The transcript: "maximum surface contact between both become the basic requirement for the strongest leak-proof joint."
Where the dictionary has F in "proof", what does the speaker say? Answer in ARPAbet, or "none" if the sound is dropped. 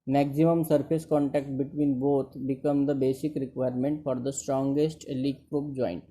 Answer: P